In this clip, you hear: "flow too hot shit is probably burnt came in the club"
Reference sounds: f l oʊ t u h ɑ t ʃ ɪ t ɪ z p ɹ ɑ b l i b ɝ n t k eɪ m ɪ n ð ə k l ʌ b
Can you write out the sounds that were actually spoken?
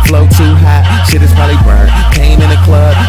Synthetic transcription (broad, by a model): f l oʊ t u h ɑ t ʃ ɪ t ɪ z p ɑ l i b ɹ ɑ k eɪ m ɪ n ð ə k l ʌ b